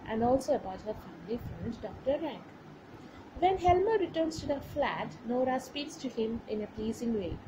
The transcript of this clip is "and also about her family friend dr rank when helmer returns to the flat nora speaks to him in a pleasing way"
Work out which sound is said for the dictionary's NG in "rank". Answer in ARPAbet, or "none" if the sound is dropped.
NG